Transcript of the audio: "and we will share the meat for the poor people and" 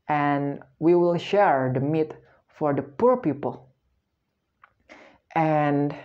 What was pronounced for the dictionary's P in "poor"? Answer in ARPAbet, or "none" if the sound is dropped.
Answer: P